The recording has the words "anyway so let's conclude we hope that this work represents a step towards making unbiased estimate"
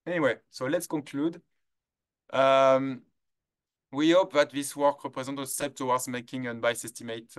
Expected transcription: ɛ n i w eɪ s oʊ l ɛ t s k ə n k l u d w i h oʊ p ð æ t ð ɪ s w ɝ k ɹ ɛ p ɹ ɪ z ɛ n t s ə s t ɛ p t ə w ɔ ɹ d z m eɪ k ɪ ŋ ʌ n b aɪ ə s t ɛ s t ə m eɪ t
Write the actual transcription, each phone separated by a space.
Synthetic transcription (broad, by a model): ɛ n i w eɪ s oʊ l ɛ t s k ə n k l u d w i h oʊ p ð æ t ð ɪ s w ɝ k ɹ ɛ p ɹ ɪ z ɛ n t ə s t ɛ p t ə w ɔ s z m eɪ k ɪ ŋ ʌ n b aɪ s ɛ s t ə m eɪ t